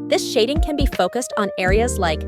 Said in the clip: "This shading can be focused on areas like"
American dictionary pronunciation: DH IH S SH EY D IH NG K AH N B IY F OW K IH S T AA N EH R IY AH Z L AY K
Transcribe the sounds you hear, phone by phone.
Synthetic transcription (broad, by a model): DH IH S SH EY D IH NG K AH N B IY F OW K IH S T N EH R IY AH Z L AY K